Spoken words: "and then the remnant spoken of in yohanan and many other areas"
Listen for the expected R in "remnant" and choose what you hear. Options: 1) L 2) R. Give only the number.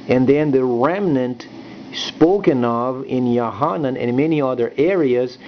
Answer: 2